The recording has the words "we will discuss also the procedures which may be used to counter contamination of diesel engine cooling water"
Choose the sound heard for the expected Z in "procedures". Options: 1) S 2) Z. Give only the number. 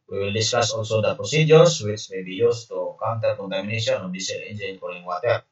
1